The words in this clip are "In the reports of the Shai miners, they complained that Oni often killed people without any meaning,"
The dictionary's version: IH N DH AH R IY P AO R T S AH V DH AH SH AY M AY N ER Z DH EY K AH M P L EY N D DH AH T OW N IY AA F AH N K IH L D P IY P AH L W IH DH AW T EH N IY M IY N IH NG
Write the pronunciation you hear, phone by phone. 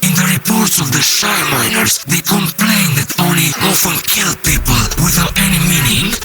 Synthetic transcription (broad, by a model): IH N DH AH R IY P AO R T S AH V DH AH SH AY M AY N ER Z DH EY K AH M P L EY N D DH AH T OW N IY AA F AH N K IH L D P IY P AH L W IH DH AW T EH N IY M IY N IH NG